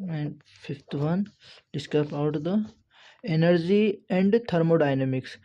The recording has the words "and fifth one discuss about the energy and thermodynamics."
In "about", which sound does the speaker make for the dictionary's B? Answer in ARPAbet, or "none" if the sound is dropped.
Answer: none